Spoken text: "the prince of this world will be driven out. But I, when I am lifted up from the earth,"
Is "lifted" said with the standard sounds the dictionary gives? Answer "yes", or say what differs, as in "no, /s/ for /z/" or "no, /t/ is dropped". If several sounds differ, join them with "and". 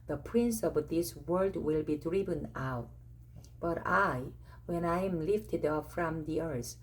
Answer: yes